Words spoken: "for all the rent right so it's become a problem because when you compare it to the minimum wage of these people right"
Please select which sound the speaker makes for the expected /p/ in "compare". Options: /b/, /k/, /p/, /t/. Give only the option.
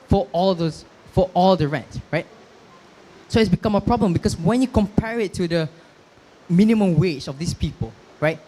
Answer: /p/